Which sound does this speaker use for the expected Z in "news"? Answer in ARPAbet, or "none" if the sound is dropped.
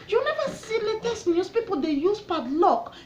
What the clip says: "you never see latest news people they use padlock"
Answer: S